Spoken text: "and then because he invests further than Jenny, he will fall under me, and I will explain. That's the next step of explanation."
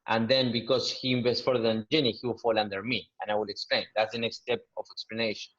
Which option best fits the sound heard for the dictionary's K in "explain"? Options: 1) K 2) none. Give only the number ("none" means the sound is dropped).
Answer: 1